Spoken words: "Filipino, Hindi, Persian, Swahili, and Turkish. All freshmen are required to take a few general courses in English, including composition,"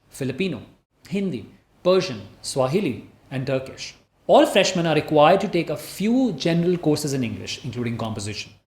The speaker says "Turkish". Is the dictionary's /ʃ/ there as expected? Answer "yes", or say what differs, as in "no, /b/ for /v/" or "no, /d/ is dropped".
yes